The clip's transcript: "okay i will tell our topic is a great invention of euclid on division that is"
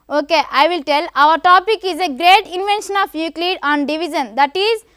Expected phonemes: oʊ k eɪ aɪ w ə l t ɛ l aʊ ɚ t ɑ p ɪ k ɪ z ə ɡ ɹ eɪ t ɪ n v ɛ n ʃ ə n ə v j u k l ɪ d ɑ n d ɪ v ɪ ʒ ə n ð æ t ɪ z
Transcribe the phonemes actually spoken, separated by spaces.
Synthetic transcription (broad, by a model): oʊ k eɪ aɪ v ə l t ɛ l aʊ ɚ t ɑ p ɪ k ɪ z ə ɡ ɹ eɪ t ɪ n v ɛ n ʃ ə n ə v j u k l ɪ d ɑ n d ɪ v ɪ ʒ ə n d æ t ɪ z